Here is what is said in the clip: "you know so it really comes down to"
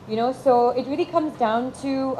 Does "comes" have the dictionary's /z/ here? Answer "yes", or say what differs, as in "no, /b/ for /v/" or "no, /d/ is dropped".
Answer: yes